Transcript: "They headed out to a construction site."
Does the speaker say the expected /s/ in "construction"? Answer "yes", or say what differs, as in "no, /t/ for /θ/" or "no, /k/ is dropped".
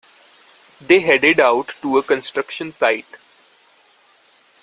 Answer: yes